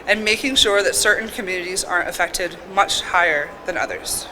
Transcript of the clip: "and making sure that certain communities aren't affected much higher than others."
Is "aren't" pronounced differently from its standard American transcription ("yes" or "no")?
yes